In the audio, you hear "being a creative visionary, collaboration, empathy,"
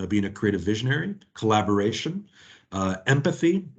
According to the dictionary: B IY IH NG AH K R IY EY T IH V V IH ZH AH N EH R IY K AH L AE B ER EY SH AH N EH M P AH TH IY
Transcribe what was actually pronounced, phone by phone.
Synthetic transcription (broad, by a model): B IY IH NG AH K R IY EY T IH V V IH ZH AH N EH R IY K AH L AE B ER EY SH AH N EH M P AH TH IY